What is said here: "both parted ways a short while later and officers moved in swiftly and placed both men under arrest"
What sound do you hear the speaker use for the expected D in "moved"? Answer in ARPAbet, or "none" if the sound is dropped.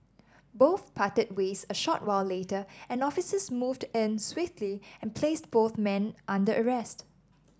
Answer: D